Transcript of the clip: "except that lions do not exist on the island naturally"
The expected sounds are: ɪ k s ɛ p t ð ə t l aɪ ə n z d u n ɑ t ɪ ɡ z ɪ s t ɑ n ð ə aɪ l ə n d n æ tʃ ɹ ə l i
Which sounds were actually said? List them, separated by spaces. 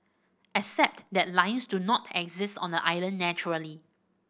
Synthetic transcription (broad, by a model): ɪ k s ɛ p t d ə t l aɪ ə n s d u n ɑ t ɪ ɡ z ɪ s t ɑ n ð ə aɪ l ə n n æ tʃ ɹ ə l i